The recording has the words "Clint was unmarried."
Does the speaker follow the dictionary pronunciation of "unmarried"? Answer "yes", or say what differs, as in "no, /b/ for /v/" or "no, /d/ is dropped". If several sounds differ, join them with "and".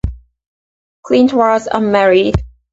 no, /n/ is dropped